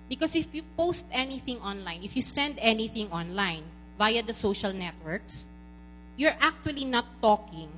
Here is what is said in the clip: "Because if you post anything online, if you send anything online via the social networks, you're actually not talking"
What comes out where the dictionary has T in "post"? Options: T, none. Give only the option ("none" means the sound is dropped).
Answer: T